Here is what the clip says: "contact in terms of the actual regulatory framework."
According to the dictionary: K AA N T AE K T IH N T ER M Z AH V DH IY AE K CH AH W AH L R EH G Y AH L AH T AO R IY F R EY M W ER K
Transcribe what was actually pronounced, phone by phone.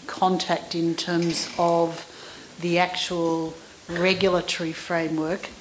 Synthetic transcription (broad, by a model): K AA N T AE K T IH N T ER M Z AH V DH IY AE K CH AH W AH L R EH G Y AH L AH T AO R IY F R EY M W ER K